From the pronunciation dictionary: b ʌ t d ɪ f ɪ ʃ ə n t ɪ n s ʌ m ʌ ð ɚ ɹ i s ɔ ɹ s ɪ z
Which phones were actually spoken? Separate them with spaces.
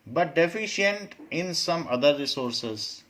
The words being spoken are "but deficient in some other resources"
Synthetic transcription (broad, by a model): b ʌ t d ɪ f ɪ ʃ ə n t ɪ n s ʌ m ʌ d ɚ ɹ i s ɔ ɹ s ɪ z